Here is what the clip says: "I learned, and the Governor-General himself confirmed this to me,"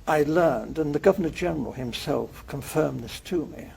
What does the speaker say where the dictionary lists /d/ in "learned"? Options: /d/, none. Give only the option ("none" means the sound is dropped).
/d/